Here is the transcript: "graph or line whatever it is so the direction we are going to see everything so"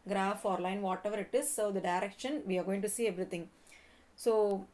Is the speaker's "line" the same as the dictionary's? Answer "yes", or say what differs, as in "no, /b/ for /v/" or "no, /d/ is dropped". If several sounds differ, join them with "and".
yes